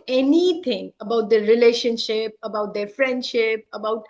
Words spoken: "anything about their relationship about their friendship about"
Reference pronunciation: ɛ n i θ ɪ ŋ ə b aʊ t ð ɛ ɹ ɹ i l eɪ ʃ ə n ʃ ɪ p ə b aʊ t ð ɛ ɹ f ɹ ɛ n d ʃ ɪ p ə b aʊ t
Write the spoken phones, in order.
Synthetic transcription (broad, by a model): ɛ n i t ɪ ŋ ə b aʊ t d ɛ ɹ ɹ i l eɪ ʃ ə n ʃ ɪ p ə b aʊ t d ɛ ɹ f ɹ ɛ n d ʃ ɪ p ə b aʊ t